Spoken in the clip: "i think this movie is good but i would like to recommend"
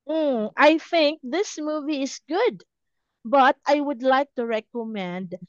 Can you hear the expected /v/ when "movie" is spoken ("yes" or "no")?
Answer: yes